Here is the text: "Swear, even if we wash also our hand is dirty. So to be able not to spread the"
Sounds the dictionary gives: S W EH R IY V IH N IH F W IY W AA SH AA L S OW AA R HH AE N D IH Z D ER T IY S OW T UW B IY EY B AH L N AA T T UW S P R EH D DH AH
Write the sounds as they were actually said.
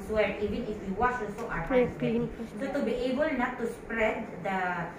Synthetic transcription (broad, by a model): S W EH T IY V IH N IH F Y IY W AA S AA L S OW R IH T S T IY S OW T UW B IY EY B AH L N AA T T UW S P R EH D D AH